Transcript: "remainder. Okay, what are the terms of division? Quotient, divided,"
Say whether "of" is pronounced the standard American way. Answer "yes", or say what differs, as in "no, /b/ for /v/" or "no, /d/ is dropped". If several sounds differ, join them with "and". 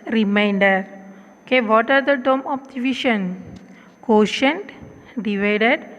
no, /p/ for /v/